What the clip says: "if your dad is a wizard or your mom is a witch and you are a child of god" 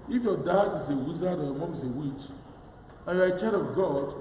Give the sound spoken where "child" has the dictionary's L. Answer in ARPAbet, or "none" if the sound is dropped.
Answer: none